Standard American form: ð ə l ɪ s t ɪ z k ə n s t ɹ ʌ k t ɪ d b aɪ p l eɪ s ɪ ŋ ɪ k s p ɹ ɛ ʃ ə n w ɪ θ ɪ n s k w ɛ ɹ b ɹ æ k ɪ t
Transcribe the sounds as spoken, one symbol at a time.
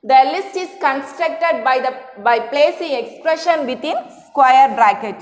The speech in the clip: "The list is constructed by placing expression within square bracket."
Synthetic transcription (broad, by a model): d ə l ɪ s t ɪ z k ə n s t ɹ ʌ k t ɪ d b aɪ p l eɪ s ɪ ŋ ɪ k s p ɹ ɛ ʃ ə n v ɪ t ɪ n s k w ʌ ɹ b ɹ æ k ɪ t